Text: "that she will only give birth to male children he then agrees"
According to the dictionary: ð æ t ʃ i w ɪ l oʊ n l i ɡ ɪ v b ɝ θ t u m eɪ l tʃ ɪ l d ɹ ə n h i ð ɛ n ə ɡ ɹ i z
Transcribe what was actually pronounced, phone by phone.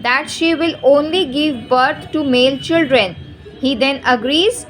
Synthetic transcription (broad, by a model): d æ t ʃ i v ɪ l oʊ n l i ɡ ɪ v b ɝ t t u m eɪ l tʃ ɪ l d ɹ ə n h i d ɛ n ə ɡ ɹ i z